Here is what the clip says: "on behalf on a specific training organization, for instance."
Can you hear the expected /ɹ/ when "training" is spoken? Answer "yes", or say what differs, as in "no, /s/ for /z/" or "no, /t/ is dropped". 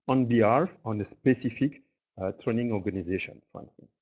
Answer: yes